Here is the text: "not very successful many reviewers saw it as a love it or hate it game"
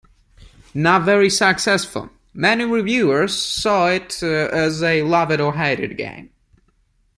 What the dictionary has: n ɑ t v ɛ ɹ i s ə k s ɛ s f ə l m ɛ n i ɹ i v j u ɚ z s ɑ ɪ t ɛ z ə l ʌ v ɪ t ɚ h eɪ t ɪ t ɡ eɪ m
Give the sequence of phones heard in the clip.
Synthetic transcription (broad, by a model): n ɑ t v ɛ ɹ i s ə k s ɛ s f ə l m ɛ n i ɹ i v j u ɚ z s ɑ ɪ t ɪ z ə l ʌ v ɪ t ɚ h eɪ t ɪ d ɡ eɪ m